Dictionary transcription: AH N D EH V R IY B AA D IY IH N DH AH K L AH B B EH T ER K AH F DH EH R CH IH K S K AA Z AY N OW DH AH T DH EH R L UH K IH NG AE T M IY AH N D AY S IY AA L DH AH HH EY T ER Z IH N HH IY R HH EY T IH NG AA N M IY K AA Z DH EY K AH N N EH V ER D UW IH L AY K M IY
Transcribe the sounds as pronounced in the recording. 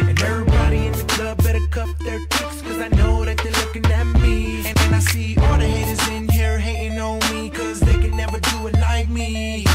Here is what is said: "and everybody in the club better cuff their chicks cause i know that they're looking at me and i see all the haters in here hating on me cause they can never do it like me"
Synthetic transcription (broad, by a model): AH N EH V R IY B AA D IY IH N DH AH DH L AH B B EH T ER K AH P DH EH R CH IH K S K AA Z AY N OW DH AH T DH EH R L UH K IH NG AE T M IY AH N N AY S IY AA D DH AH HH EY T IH Z IH N HH IY R HH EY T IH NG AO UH M IY K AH Z DH EY K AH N N EH V ER D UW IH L AY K M IY